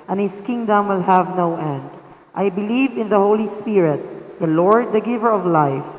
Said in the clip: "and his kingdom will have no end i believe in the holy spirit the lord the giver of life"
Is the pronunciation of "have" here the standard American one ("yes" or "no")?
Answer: yes